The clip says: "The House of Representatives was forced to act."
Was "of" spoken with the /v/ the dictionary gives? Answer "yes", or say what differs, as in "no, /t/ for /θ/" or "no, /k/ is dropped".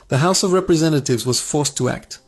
yes